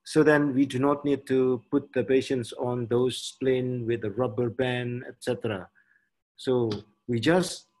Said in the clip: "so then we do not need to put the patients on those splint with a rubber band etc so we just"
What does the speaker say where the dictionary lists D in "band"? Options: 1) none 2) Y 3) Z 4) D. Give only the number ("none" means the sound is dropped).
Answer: 1